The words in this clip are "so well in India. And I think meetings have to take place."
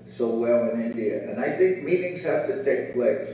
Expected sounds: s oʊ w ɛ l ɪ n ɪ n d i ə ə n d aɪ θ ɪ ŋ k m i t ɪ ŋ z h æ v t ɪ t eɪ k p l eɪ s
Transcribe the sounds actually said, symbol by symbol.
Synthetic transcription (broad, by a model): s oʊ w ɛ l ɪ n ɪ n d i ə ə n aɪ θ ɪ ŋ k m i t ɪ ŋ z h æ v t ɪ t eɪ k p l eɪ s